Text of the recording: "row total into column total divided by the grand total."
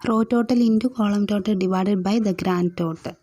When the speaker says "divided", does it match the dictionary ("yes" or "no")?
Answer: yes